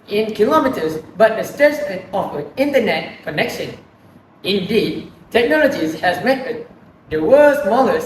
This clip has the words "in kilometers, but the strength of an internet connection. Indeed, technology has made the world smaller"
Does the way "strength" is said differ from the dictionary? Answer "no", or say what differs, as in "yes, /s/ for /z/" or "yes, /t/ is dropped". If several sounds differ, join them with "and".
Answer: yes, /ɹ/ is dropped